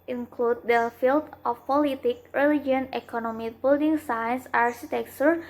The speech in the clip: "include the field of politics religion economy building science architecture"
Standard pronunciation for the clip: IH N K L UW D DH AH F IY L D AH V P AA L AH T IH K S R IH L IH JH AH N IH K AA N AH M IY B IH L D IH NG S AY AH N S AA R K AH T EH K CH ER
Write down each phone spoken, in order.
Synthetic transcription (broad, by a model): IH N K L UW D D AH F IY L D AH F P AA L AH T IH K R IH L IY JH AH N IH K AA N AH M IY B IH L D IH NG S AY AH N S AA R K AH T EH K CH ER